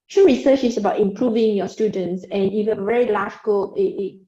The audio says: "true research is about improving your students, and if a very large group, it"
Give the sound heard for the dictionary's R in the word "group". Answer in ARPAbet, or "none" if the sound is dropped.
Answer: none